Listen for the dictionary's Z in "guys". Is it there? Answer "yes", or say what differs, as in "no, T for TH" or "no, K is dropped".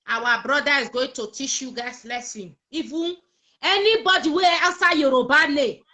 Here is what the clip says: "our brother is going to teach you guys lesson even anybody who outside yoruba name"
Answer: no, S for Z